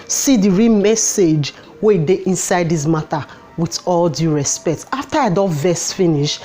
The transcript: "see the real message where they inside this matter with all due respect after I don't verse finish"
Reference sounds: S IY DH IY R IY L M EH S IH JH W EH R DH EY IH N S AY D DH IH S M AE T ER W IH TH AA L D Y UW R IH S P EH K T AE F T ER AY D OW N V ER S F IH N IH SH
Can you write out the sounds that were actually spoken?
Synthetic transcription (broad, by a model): S IY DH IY R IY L M EH S IH JH W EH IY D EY IH N S AY D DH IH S M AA T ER W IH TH AA L D Y UW R IH S P EH K T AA F T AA AY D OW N V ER S F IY N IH SH